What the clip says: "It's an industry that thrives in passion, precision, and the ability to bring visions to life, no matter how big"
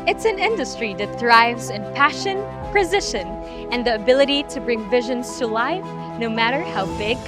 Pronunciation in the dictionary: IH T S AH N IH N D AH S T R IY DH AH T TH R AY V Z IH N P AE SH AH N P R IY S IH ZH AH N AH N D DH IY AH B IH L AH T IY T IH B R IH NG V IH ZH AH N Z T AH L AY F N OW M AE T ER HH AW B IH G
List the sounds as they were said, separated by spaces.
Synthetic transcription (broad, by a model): IH T S AH N IH N D AH S T R IY DH AH T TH R AY V Z IH N P AE SH AH N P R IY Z IH SH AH N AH N DH IY AH B IH L AH T IY T IH B R IH NG V IH ZH AH N Z T AH L AY F N OW M AE T ER HH AW B IH G